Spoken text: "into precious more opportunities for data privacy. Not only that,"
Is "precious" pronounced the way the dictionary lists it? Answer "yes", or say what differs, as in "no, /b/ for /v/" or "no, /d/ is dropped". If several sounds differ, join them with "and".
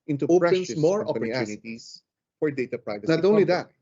no, /ʃ/ is dropped